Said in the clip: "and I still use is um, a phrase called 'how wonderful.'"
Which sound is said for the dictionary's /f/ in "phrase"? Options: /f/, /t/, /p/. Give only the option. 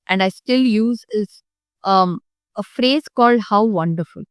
/f/